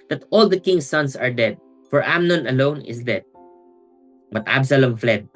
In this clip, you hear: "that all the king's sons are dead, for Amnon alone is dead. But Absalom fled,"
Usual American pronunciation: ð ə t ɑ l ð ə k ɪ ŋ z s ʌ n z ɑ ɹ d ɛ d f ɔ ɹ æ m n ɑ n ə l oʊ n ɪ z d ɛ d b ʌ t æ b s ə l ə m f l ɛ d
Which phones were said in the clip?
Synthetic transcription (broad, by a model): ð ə t ɑ l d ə k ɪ ŋ s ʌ n s ɑ ɹ d ɛ d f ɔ ɹ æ m n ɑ n ə l oʊ n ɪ s d ɛ d b ʌ t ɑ b s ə l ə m f l ɛ d